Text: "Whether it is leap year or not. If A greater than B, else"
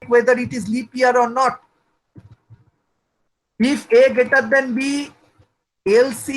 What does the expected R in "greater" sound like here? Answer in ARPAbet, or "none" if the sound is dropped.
none